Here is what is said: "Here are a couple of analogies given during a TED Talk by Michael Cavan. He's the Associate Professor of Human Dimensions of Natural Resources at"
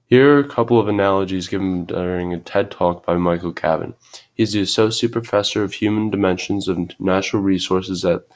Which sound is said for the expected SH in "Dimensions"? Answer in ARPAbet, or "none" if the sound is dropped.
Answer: SH